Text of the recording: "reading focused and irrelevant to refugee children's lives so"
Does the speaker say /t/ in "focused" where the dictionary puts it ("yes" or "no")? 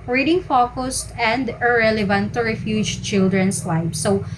yes